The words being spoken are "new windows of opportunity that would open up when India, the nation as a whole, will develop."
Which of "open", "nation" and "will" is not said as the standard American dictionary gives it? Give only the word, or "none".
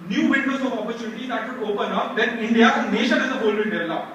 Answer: will